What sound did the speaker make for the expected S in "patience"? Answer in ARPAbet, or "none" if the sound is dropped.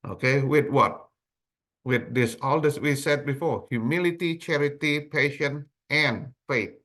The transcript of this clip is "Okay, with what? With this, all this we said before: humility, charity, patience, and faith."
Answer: none